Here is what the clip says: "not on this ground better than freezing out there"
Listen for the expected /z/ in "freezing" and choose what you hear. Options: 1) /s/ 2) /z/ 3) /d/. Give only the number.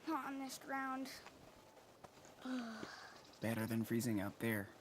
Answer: 2